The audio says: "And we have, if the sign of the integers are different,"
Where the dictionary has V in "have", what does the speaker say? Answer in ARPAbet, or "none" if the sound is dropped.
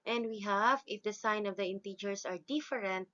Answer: V